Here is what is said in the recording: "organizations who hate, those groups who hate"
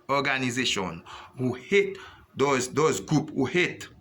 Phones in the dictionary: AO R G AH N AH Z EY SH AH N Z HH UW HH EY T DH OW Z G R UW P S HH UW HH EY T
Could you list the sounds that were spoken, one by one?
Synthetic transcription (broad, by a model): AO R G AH N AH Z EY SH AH N HH UW HH EY T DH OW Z G R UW P HH UW HH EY T